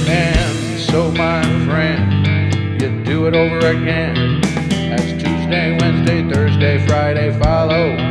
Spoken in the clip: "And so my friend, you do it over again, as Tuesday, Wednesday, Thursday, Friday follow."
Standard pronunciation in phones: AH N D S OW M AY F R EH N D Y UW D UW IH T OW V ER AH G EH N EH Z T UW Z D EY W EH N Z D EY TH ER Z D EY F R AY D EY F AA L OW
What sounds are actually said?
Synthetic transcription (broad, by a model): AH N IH S OW M AY F R EH N D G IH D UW IH T OW V ER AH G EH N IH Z T UW Z D EY W EH N Z D EY TH ER Z D EY F R AY D EY F AA L OW